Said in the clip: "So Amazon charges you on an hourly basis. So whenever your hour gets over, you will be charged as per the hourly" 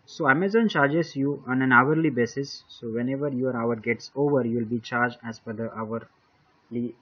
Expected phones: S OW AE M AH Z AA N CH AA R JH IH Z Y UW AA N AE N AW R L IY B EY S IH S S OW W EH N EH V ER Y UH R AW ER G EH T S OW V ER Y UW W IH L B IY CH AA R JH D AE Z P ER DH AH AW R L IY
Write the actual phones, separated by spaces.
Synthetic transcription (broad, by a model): S OW AE M AH Z AA N CH AA R JH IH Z Y UW AA N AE N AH R L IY B EY S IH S S OW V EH N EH V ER Y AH R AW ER G EH T S OW V ER Y UW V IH L B IY CH AA R JH D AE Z F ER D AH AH R L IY